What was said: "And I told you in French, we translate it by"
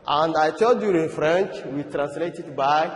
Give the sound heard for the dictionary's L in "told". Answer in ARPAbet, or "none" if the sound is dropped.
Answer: none